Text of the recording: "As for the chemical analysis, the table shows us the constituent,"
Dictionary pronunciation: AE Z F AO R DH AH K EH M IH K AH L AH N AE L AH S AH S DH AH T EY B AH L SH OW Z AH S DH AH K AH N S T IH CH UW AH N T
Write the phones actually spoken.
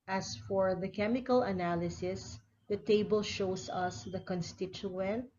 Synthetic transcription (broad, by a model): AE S F AO R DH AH K EH M IH K AH L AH N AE L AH S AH S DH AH T EY B AH L SH OW S AH S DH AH K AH N S T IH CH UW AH N T